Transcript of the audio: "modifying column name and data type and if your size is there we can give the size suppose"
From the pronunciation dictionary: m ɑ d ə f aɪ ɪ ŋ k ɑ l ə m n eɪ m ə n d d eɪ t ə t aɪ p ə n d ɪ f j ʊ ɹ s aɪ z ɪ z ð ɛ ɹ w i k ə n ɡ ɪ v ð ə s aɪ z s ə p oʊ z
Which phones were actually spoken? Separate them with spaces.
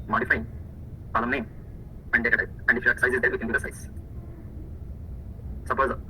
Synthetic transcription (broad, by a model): m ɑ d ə f aɪ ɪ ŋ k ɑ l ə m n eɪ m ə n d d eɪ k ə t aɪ ə n d ɪ f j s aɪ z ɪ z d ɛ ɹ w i k ə n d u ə s aɪ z s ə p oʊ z